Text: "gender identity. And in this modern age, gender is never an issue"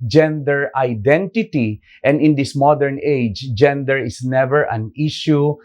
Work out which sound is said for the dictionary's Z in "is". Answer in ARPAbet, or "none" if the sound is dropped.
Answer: S